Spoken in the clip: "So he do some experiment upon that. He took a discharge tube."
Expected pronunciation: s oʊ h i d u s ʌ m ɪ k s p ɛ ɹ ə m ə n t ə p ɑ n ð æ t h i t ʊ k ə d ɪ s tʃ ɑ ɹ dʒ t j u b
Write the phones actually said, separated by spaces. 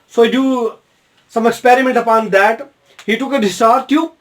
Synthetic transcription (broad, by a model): s oʊ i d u s ʌ m ɪ k s p ɛ ɹ ə m ə n t ə p ɑ n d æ t h i t ʊ k ə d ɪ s ɑ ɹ t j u